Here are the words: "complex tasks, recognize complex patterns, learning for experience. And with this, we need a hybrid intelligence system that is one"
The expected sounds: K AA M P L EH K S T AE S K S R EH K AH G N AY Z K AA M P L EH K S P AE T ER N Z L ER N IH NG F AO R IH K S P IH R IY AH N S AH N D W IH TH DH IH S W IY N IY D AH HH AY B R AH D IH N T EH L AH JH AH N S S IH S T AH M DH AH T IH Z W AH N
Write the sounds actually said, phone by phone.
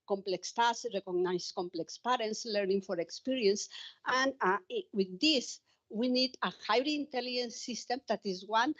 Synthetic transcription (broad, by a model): K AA M P L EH K S T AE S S R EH K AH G N AY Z K AA M P L EH K S P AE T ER N S L ER N IH NG F AO R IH K S P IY R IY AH N S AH N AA W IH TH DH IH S W IY N IY D AH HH AY R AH N T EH L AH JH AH N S S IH S T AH M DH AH T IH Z W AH N